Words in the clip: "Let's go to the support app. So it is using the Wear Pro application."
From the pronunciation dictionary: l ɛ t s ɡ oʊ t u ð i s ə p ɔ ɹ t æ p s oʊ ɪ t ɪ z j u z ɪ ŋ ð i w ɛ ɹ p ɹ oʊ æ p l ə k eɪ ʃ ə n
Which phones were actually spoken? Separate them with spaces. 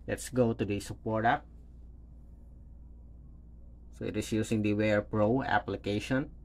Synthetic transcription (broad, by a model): l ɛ t s ɡ oʊ t u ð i s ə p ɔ ɹ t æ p s oʊ ɪ t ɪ s j u s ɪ ŋ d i w ɛ ɹ p ɹ oʊ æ p l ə k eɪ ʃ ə n